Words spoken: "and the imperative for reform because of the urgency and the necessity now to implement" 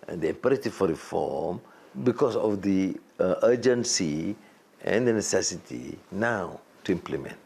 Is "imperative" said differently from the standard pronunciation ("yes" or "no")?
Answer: yes